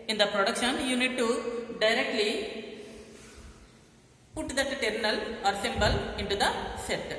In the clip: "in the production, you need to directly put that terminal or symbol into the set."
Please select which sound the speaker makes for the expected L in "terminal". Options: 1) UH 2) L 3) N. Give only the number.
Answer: 2